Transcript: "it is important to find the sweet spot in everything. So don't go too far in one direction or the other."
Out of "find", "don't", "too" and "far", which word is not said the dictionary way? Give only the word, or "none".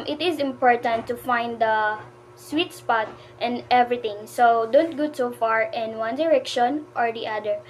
too